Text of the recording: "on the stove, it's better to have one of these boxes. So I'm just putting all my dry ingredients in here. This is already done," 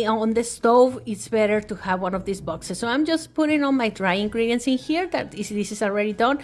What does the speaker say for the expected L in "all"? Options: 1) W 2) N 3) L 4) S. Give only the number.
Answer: 2